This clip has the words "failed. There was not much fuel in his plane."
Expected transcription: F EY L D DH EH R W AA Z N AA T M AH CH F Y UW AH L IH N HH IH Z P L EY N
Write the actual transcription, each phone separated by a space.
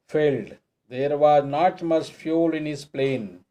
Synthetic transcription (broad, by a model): F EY L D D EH R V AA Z N AA T M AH S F Y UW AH L IH N HH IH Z P L EY N